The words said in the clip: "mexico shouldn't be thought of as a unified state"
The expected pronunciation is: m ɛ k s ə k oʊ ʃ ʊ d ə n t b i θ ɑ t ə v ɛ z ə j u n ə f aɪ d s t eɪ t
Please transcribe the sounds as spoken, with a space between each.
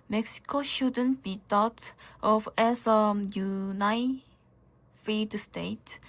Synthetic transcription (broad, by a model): m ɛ k s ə k oʊ ʃ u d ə n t b i t ɑ t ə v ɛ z ə j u n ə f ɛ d s t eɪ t